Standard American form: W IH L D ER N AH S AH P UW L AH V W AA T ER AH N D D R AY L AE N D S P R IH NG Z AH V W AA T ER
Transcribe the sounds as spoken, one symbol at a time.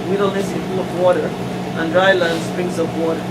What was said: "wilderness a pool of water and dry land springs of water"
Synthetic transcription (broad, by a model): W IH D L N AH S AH F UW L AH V W AA T ER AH N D D R AY L AE N D S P R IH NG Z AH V W AA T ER